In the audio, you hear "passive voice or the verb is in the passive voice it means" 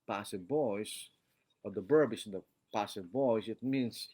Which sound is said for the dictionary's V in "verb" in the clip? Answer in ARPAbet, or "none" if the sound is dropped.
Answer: B